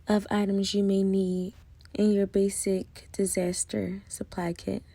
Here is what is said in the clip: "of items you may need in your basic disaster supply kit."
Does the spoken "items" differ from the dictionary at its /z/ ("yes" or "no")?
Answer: no